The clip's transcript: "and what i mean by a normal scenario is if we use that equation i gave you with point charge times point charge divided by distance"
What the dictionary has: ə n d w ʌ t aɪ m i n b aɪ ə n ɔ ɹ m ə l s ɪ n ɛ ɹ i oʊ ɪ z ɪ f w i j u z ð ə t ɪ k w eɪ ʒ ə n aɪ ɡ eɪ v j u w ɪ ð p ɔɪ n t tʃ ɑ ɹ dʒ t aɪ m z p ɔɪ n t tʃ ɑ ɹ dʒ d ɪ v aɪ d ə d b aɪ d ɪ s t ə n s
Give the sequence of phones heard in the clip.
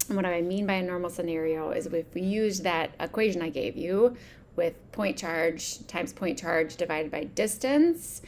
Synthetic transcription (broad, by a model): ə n w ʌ t aɪ m i n b aɪ ə n ɔ ɹ m l s ɪ n ɛ ɹ i oʊ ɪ ɪ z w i j u z ð ə t ɪ k w eɪ ʒ ə n aɪ ɡ eɪ v j u w ɪ ð p ɔɪ n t tʃ ɑ ɹ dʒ t aɪ m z p ɔɪ n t tʃ ɑ ɹ dʒ d ɪ v aɪ d ə d b aɪ d ɪ s t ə n s